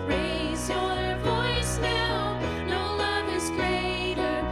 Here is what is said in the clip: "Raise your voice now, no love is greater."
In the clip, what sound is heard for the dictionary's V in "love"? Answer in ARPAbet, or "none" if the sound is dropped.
V